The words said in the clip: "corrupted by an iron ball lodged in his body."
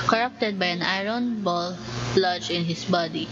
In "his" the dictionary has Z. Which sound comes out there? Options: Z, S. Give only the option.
S